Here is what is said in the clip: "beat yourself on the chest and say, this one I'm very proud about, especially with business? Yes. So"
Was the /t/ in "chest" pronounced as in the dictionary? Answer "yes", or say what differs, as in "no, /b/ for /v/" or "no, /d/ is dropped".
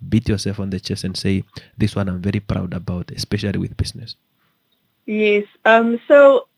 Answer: no, /t/ is dropped